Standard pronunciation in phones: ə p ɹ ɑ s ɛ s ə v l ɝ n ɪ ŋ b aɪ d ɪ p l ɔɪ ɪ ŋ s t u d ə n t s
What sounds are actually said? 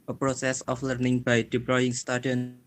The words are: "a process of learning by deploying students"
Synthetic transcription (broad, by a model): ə p ɹ ɑ s ɛ s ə f l ɝ n ɪ ŋ b aɪ d ɪ p l ɔɪ ɪ ŋ s t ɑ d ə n